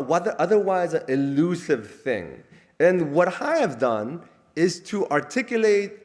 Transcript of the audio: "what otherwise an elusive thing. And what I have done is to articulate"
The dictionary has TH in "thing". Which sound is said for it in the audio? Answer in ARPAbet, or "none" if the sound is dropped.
TH